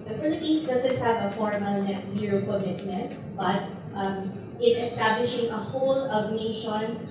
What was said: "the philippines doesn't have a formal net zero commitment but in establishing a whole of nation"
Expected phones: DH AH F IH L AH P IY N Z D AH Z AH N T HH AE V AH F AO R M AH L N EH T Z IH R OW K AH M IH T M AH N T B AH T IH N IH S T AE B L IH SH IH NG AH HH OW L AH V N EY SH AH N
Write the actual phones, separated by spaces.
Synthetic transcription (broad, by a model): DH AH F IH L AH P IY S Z D AH Z AH N T HH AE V AH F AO R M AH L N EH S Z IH R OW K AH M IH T M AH N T B AH T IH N IH S T AE B L IH SH IH NG AH HH OW L AH V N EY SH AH N